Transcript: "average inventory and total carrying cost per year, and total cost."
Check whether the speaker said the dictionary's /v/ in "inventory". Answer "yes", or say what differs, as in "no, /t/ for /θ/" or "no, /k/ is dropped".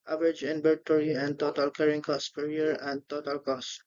no, /b/ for /v/